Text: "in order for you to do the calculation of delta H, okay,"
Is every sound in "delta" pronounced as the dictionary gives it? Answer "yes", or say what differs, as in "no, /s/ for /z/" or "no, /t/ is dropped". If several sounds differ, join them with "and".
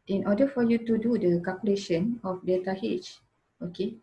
no, /l/ is dropped